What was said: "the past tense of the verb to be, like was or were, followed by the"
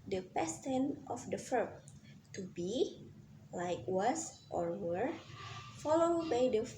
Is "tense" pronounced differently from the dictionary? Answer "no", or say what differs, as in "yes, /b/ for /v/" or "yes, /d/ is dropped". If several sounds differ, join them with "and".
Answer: yes, /s/ is dropped